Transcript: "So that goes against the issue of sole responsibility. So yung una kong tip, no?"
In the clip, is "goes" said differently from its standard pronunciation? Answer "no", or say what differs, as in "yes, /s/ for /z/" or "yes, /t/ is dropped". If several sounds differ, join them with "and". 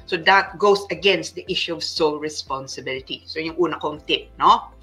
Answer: yes, /s/ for /z/